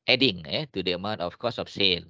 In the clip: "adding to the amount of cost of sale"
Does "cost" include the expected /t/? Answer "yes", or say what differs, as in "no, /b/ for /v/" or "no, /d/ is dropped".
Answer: no, /t/ is dropped